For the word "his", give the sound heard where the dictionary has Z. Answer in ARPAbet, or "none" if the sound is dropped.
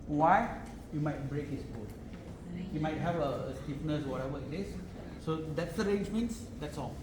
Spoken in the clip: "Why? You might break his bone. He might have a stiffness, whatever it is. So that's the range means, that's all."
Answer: S